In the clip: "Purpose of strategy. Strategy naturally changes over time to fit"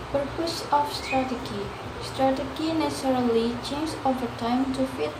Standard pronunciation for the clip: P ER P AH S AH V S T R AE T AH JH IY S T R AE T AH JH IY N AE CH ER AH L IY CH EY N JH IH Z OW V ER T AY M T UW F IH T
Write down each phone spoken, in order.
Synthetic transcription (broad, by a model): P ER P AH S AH F S T R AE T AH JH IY S T R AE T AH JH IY N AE S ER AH L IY CH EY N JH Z OW V ER T AY M T UW F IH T